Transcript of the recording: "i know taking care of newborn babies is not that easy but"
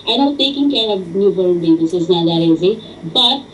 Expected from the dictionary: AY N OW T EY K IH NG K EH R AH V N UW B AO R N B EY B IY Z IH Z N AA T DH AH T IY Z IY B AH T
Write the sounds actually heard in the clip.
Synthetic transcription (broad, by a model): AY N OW T EY K IH NG K EH R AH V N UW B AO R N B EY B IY S IH Z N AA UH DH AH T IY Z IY B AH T